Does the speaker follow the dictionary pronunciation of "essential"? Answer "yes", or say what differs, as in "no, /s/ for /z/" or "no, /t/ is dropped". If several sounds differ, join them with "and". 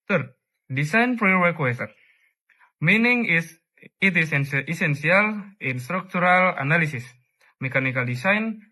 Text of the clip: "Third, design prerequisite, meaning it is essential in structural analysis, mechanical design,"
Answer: no, /s/ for /ʃ/